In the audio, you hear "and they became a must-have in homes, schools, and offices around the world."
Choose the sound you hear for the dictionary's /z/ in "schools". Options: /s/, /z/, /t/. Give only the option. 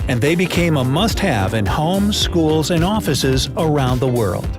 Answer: /z/